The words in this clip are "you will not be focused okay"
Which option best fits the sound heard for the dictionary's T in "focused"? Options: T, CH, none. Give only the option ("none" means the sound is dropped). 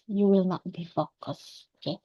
none